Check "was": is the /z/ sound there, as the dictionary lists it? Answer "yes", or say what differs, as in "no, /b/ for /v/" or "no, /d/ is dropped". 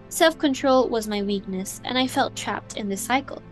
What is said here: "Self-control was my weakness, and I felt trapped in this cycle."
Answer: yes